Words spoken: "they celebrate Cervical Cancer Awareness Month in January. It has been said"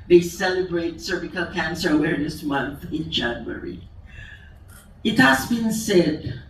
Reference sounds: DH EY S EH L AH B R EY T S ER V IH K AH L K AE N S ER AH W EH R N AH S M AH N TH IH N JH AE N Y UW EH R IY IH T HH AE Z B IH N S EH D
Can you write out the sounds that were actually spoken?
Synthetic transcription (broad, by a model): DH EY S EH L AH B R EY T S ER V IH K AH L K AE N S ER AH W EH R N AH S M AH N TH IH N JH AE N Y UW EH R IY IH T HH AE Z B IH N S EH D